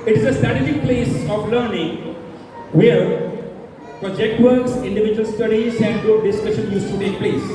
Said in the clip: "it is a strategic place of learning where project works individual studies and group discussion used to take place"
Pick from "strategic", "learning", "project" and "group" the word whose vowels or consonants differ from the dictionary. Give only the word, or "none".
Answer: group